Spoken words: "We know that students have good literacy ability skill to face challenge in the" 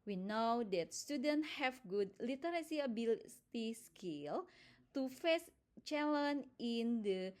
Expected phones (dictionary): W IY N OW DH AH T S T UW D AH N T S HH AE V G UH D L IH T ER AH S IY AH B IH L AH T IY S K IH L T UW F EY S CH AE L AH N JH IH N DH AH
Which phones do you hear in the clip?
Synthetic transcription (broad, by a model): W IY N OW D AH T S T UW D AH N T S HH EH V G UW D L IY T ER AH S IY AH B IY L T IY S K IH L T UW F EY S CH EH L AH N IH N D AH